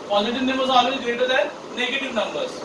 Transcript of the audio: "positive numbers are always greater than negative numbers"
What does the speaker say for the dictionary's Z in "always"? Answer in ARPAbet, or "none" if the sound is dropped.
none